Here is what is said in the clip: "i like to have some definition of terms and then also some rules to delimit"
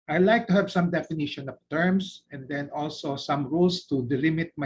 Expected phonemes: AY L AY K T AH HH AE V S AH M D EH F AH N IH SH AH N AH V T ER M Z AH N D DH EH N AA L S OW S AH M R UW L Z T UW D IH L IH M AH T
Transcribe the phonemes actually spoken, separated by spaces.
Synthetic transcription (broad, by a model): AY L AY K T AH HH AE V S AH M D EH F AH N IH SH AH N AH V T ER M S AH N D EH N AA L S OW S AH M R UW L S T UW D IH L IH M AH T